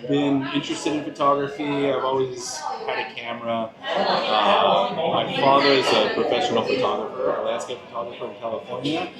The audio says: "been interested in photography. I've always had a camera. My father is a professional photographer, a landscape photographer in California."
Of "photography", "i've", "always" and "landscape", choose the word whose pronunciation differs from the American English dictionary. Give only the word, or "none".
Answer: landscape